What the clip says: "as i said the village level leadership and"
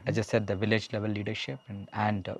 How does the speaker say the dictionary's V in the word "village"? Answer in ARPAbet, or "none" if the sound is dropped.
V